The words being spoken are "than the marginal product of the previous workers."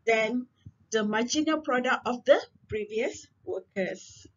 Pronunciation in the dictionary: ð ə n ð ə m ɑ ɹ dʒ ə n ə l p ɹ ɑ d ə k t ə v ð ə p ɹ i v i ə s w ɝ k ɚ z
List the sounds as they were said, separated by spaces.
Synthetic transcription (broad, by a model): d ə n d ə m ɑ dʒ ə n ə p ɹ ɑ d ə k ə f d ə p ɹ i v i ə s w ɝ k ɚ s